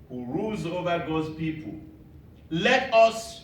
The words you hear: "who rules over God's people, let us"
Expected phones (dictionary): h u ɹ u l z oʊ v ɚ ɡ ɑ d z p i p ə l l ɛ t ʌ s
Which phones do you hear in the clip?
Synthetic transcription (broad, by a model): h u ɹ u l z oʊ v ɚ ɡ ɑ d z p i p ə l l ɛ t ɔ s